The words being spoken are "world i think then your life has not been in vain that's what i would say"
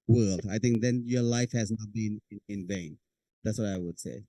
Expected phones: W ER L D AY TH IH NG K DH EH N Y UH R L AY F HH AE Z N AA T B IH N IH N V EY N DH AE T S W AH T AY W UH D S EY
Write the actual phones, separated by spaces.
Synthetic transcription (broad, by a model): W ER L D AY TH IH NG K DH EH N Y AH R L AY F HH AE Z N AA T B IH N IH N V EY N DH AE T S W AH T AY W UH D S EY